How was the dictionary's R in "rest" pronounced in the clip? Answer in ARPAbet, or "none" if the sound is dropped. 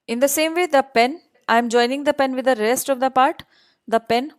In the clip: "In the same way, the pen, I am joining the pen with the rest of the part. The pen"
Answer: R